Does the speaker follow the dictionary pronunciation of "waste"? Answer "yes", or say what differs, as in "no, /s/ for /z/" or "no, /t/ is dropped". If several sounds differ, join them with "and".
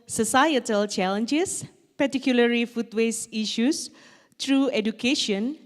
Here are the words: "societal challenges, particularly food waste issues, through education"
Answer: no, /t/ is dropped